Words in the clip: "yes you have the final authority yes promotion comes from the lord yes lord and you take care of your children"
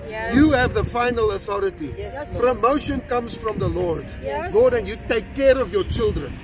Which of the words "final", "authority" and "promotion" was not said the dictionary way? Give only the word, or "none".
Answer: none